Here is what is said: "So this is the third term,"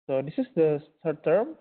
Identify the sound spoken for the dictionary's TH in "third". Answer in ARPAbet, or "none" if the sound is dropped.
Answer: S